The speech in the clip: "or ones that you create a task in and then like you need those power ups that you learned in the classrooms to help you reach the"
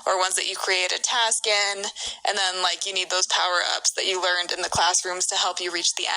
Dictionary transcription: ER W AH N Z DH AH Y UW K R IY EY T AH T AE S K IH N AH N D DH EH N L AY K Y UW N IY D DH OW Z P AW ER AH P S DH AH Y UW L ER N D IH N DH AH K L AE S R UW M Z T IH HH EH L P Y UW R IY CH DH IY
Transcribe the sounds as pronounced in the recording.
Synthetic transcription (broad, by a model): ER W AH N Z DH AH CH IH K R IY EY T AH T AE S K IH N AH N DH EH N L AY K Y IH N IY D DH OW Z P AW ER AH P S DH AH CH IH L ER N D IH N DH AH K L AE S R UW M Z T IH HH EH L P Y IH R IY CH DH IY